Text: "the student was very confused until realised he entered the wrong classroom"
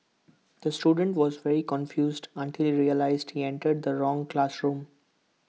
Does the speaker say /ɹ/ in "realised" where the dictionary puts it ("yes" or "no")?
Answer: yes